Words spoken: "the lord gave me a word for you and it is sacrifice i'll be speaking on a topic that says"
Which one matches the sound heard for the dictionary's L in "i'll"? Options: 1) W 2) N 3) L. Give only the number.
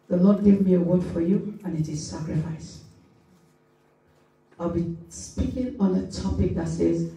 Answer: 3